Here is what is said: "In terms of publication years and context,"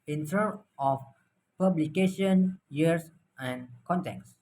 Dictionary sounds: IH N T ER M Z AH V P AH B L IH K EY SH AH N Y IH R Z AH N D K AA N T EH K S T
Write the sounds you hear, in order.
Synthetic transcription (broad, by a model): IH N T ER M AH F P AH B L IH K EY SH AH N Y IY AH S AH N K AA N T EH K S